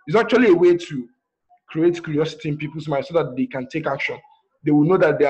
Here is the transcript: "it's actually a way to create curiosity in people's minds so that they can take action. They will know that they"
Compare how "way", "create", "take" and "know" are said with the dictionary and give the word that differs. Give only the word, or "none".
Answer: none